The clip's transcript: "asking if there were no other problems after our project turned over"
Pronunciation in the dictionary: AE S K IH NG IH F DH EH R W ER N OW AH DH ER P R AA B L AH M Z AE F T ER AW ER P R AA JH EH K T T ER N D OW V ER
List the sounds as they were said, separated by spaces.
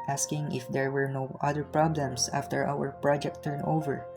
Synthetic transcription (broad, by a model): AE S K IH NG IH F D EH R W ER N OW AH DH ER P R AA B L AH M S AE F T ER AW ER P R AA JH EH K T T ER N OW V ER